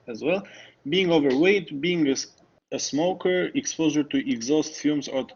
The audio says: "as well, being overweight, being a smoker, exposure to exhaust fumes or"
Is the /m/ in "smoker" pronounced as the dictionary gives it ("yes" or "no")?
yes